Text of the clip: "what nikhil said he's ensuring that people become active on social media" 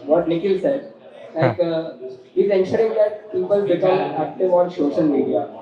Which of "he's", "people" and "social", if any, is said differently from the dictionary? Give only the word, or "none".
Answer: social